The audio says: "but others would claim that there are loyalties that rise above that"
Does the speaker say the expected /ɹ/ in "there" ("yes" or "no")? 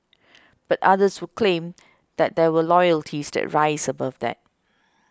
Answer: no